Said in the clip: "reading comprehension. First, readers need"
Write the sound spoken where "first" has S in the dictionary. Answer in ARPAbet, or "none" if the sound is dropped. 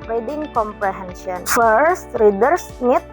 S